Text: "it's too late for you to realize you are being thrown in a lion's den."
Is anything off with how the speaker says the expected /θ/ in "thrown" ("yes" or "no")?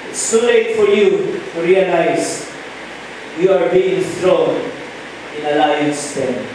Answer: yes